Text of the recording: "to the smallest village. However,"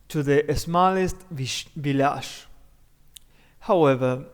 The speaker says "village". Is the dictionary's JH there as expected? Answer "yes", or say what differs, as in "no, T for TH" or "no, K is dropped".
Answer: no, SH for JH